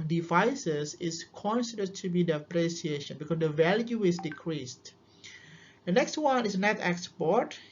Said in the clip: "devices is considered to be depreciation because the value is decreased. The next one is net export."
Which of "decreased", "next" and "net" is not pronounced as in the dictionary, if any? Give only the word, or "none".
none